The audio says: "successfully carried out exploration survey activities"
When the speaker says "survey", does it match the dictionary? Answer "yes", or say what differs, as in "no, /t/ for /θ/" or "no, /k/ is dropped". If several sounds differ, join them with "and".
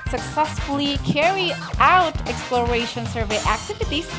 yes